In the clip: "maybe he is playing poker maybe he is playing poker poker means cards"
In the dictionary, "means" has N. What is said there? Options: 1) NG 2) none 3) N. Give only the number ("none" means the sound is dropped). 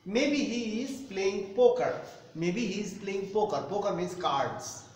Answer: 2